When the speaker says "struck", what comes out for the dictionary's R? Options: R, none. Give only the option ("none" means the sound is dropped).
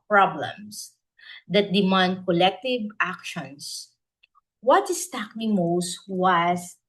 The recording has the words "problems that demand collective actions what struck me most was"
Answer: none